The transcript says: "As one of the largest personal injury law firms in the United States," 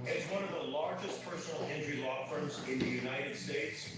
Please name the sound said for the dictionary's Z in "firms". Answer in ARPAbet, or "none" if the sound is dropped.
Z